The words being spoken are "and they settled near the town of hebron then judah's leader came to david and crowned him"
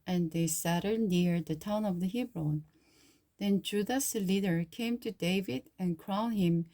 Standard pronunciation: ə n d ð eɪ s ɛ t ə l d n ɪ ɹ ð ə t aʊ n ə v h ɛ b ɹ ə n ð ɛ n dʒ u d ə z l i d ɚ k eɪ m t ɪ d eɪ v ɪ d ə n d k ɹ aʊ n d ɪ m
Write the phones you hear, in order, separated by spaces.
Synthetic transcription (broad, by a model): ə n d ð eɪ s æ t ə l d n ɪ ɹ ð ə t aʊ n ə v h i b ɹ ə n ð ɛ n dʒ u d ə s l i d ɚ k eɪ m t ɪ d eɪ v ɪ d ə n k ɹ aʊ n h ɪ m